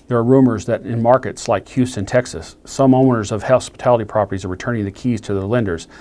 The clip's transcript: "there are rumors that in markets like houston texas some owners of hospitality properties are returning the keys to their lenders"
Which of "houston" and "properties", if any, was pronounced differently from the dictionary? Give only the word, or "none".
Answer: none